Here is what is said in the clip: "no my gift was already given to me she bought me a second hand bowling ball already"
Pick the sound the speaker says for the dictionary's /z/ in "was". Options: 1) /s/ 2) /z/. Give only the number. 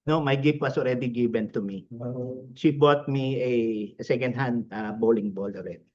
1